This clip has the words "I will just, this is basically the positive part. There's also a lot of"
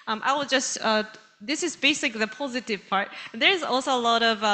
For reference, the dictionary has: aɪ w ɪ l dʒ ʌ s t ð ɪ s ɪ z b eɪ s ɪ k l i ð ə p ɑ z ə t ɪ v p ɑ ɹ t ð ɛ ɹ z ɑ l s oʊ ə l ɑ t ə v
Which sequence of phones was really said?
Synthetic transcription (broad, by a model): aɪ w ɪ l dʒ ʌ s t ð ɪ s ɪ z b eɪ s ɪ k l i ð ə p ɑ z ə t ɪ v p ɑ ɹ t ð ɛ ɹ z ɑ l s oʊ ə l ɑ t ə v